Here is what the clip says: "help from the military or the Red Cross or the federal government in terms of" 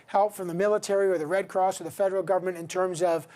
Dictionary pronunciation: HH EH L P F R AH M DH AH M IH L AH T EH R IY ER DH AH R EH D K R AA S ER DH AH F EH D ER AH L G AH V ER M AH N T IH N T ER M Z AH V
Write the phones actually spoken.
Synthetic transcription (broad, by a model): HH EH L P F R AH M DH AH M IH L AH T EH R IY ER DH AH R EH D K R AA S ER DH AH F EH D ER L G AH V ER M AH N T IH N T ER M Z AH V